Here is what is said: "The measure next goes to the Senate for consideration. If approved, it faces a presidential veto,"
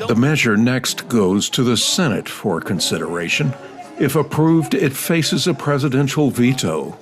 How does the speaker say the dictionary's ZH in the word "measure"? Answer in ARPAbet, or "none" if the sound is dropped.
ZH